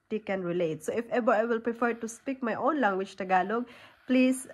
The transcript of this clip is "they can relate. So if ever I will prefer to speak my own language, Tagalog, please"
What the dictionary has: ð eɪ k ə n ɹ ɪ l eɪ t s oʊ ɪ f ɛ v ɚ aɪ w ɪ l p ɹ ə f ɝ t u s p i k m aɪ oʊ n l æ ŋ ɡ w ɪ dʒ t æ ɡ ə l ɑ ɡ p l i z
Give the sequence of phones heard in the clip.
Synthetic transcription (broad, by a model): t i k ə n ɹ ɪ l eɪ t s oʊ ɪ f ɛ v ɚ aɪ w ɪ l p ɹ ə f ɝ t u s p i k m aɪ oʊ n l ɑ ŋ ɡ w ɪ tʃ t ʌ ɡ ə l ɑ ɡ p l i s